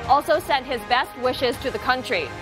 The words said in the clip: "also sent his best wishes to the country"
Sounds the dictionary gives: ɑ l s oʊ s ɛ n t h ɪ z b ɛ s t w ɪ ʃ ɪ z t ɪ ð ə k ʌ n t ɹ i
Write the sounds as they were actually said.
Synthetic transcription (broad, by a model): ɑ l s oʊ s ɛ n t h ɪ z b ɛ s t w ɪ ʃ ɪ z t ɪ ð ə k ʌ n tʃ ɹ i